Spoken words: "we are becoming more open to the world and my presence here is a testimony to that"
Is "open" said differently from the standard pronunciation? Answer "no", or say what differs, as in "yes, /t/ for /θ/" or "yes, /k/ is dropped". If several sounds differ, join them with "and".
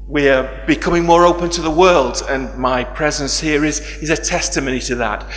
no